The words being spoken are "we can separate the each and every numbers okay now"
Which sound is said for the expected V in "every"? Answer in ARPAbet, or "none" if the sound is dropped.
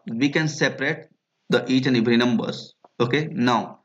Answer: B